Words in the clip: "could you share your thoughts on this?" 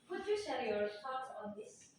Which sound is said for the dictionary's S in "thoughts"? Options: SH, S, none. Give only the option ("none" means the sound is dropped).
none